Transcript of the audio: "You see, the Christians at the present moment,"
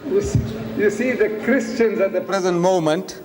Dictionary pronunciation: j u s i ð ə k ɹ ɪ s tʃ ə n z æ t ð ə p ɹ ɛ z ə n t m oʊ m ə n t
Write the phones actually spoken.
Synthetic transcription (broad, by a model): j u s i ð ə k ɹ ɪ s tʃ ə n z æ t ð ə p ɹ ɛ z ə n t m oʊ m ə n t